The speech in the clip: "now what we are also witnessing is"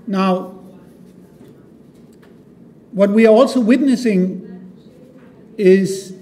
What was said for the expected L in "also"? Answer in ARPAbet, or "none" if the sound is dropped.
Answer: L